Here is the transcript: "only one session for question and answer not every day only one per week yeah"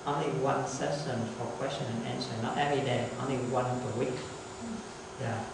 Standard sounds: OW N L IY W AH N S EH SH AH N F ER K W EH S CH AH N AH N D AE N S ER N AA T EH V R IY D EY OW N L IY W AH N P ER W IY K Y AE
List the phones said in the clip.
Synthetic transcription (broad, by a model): OW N L IY W AH N S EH S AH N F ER K W EH S CH AH N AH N AE N S ER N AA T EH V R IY D EY OW N L IY W AH N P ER W IY K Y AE